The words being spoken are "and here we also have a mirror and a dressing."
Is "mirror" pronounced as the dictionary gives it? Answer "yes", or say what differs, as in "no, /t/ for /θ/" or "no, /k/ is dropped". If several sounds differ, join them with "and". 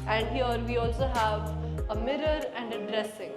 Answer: yes